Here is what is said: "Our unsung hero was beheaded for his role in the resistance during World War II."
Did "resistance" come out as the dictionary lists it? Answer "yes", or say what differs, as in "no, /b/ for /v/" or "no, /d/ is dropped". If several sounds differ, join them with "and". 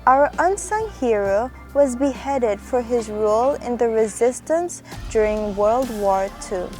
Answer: yes